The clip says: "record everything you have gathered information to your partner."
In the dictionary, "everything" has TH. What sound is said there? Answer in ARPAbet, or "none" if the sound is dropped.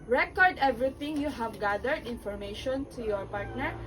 T